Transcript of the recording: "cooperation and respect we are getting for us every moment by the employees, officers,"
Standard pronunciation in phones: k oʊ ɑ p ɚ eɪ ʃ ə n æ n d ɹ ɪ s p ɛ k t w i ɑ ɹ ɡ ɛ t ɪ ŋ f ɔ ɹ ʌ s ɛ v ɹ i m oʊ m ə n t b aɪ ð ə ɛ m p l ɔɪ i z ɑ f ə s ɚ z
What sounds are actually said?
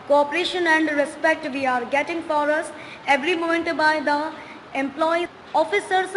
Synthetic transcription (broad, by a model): k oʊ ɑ p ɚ eɪ ʃ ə n æ n d ɹ ɪ s p ɛ k t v i ɑ ɹ ɡ ɛ t ɪ ŋ f ɔ ɹ ʌ s ɛ v ɹ i m oʊ m ə n t b aɪ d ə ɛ m p l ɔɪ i ɑ f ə s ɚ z